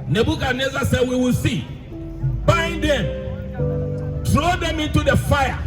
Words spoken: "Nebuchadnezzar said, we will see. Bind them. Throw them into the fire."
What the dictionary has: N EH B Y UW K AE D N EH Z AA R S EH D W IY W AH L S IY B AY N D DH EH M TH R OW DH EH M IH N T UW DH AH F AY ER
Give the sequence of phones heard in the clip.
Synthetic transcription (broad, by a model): N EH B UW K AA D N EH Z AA S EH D W IY W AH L S IY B AY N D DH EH M T R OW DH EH M IH N T UW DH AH F AY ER